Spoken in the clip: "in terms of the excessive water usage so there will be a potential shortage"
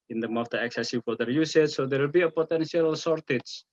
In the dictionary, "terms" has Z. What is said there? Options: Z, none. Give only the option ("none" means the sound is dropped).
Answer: none